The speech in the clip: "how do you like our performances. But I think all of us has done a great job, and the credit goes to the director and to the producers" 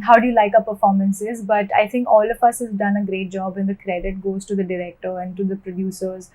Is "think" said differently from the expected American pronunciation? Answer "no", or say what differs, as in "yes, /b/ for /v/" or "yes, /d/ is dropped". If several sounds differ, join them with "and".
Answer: yes, /t/ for /θ/